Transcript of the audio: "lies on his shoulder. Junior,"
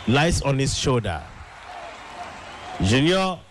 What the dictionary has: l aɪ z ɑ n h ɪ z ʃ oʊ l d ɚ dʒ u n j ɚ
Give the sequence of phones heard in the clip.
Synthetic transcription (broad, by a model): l aɪ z ɑ n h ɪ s ʃ oʊ d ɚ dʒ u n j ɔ